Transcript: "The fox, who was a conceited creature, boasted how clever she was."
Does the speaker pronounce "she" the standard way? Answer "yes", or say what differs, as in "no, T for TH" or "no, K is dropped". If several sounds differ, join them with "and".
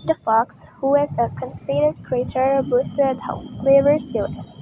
no, S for SH